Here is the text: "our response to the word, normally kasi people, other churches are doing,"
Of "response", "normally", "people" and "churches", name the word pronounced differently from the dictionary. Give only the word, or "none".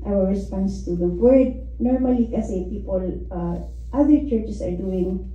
churches